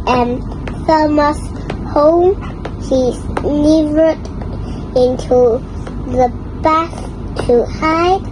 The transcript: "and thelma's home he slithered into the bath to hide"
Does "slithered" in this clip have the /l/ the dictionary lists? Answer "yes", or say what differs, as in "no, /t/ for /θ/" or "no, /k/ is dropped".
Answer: no, /n/ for /l/